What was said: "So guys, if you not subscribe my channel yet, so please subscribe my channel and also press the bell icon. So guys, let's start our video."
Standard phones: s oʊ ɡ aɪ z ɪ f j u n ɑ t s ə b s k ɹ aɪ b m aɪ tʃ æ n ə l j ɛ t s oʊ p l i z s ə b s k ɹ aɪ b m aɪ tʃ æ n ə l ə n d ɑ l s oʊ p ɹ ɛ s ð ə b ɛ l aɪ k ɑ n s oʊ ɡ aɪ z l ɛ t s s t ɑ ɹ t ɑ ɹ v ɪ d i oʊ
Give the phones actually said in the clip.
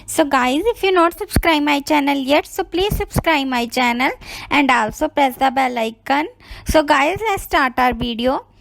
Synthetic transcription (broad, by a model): s oʊ ɡ aɪ z ɪ f j u n ɑ t s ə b s k ɹ aɪ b m aɪ tʃ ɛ n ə l j ɛ t s oʊ p l i z s ə b s k ɹ aɪ b m aɪ tʃ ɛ n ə l ə n d ɑ l s oʊ p ɛ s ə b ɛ l aɪ k ɑ n s oʊ ɡ aɪ z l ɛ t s s t ɑ ɹ t ɑ ɹ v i d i oʊ